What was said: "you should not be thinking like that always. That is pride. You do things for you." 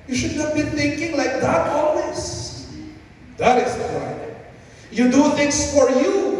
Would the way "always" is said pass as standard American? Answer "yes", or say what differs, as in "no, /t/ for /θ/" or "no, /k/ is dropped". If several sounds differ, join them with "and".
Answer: no, /s/ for /z/